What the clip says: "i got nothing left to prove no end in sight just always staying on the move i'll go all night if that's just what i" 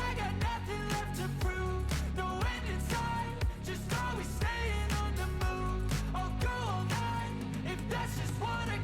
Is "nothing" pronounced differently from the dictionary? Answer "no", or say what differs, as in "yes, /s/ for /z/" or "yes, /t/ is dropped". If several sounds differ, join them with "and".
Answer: no